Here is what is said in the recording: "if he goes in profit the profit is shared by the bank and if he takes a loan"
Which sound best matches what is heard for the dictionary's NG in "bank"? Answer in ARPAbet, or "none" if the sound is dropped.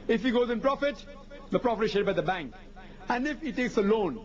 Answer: NG